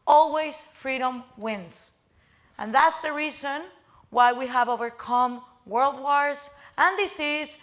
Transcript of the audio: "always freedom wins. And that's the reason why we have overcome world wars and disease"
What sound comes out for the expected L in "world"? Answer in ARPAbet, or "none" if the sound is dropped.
L